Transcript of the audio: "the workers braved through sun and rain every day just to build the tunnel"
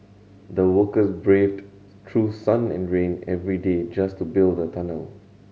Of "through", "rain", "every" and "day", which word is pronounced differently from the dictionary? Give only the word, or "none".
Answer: through